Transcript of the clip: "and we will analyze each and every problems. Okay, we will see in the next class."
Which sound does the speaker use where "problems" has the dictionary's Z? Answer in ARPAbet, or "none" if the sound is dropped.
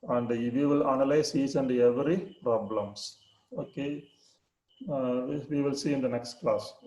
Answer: S